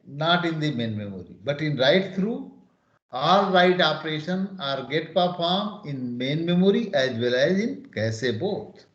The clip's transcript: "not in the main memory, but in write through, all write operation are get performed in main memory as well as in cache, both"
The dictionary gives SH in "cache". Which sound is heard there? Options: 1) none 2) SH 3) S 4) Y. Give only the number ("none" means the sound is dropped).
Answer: 3